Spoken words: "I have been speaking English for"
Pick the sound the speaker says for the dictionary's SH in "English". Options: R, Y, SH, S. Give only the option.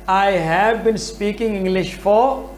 SH